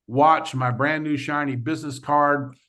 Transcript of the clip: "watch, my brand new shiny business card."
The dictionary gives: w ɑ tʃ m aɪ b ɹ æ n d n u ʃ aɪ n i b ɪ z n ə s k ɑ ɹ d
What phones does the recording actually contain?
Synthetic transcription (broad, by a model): w ɑ tʃ m aɪ b ɹ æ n n u ʃ aɪ n i b ɪ z n ə s k ɑ ɹ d